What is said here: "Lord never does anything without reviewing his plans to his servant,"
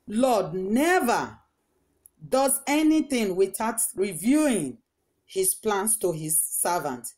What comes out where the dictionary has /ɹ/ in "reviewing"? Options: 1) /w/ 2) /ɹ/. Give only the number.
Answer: 2